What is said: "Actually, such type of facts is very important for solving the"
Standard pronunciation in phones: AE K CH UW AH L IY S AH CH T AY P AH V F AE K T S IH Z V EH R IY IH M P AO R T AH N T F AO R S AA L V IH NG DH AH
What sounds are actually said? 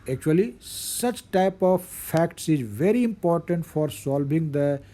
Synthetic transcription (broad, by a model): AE K CH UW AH L IY S AH CH T AY P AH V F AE K T S IH Z V EH R IY IH M P AO R T AH N T F AO R S AA L V IH NG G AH